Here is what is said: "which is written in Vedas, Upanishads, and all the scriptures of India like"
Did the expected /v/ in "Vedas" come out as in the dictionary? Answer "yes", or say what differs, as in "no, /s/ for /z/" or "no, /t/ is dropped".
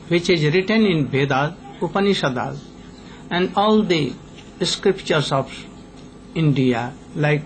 no, /b/ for /v/